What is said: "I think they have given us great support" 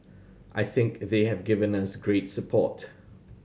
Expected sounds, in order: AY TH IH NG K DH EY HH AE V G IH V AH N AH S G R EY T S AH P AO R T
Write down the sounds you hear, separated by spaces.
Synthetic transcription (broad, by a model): AY TH IH NG K DH EY HH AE V G IH V AH N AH S G R EY T S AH P AO T